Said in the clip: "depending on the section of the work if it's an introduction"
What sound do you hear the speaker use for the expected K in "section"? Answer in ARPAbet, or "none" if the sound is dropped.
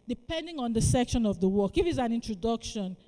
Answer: K